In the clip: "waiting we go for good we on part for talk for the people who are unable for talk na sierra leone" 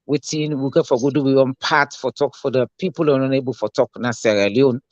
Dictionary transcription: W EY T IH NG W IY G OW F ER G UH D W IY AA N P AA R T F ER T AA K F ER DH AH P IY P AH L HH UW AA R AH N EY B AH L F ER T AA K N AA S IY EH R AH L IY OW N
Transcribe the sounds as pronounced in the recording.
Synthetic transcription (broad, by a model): W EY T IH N W IY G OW F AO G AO D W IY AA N P AA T F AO T AA K F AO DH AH P IY P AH L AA W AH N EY B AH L F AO T AA K N AA S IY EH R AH L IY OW N